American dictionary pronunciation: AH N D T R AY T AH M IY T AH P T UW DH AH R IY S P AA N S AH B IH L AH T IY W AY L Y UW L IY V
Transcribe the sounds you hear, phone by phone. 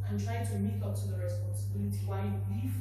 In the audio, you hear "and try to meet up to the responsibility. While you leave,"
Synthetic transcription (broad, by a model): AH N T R AY T AH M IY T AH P T UW DH AH R IY S P AA N S AH B IH L AH T IY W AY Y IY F